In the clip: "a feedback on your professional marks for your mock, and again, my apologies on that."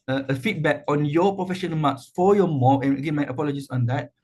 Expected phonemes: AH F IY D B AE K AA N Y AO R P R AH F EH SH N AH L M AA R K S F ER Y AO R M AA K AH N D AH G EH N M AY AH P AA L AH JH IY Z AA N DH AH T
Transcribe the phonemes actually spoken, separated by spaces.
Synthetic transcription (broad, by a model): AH F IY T B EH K AA N Y AO P R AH F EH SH AH N M AA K S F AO Y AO M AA AH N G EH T M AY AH P AA L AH JH IY S AA N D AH T